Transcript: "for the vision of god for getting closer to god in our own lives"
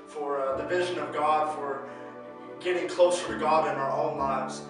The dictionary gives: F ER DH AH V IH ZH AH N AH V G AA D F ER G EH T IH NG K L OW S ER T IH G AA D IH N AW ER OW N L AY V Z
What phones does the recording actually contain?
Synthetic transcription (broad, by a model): F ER DH AH V IH ZH AH N AH V G AA D F ER G EH T IH NG K L OW S ER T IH G AA D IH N AW ER OW N L AY V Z